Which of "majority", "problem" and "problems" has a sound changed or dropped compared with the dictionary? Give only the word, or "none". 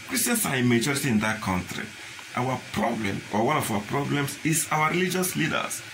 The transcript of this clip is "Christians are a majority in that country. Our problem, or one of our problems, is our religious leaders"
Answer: problems